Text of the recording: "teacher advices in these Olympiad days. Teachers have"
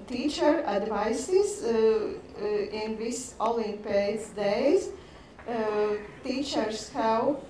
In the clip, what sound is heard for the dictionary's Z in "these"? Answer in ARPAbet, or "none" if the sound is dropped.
S